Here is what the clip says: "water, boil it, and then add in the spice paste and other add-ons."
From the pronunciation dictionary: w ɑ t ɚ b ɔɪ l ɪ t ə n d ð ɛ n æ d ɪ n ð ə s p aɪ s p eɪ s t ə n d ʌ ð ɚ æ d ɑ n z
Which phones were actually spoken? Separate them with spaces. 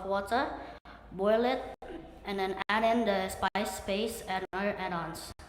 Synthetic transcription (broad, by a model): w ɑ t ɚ b ɔɪ l ɪ t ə n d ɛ n æ d ɪ n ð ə s p aɪ s p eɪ s ə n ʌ ɚ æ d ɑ n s